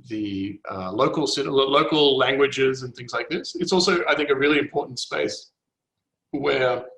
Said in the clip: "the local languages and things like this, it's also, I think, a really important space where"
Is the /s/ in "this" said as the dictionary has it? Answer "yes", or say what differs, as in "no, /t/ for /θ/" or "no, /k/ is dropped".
yes